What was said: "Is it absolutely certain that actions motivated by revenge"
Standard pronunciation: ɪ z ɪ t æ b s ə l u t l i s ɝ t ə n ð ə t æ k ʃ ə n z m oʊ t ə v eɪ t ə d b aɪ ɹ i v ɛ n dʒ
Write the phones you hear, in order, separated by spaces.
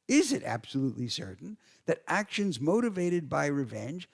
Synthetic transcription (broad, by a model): ɪ z ɪ t æ b s ə l u t l i s ɝ t n ð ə t æ k ʃ ə n z m oʊ t ə v eɪ t ə d b aɪ ɹ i v ɛ n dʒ